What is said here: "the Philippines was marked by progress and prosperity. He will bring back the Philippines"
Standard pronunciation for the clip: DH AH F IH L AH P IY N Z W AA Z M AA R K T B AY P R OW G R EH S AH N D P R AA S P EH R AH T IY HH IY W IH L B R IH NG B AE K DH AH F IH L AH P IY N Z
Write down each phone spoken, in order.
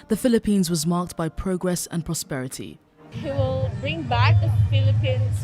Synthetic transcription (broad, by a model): DH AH F IH L AH P IY N Z W AA Z M AA K T B AY P R OW G R EH S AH N P R AA S P EH R AH T IY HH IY W IH L B R IH NG B AE K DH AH F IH L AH P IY N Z